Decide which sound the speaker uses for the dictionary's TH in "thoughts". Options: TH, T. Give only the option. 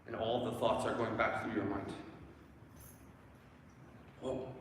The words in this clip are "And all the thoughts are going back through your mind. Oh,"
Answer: TH